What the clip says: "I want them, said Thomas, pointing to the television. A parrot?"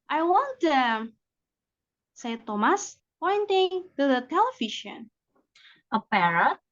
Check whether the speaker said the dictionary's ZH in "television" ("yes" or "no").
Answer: no